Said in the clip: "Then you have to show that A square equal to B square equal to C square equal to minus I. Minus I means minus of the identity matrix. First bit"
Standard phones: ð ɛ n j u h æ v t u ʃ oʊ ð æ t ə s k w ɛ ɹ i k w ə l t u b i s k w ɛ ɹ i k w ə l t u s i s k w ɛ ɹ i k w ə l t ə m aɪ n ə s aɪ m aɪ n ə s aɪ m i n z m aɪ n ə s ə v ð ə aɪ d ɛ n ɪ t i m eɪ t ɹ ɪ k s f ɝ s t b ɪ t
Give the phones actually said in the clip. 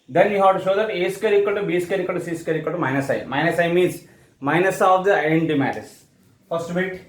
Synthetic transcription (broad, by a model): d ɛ n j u h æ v t u ʃ oʊ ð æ t ə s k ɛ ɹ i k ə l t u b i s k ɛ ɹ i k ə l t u s i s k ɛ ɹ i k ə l t ə m aɪ n ə s aɪ m aɪ n ə s aɪ m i n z m aɪ n ə s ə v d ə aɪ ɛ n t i m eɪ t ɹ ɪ s f ɝ s t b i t